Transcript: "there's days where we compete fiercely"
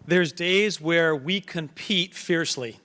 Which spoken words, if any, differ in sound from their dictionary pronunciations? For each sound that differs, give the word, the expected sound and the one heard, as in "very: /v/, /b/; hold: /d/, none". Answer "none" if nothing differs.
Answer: none